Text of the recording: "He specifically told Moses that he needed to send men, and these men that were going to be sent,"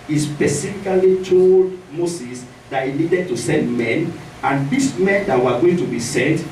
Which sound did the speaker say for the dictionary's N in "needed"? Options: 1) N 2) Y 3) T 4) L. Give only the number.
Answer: 1